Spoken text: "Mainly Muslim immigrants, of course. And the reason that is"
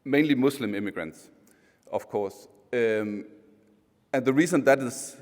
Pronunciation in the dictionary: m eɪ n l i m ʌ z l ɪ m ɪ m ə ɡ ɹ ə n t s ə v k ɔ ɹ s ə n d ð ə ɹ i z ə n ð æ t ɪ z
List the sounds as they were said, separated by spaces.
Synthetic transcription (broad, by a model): m eɪ n l i m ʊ s l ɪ m ɪ m ə ɡ ɹ ə n t s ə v k ɔ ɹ s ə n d ð ə ɹ i z ə n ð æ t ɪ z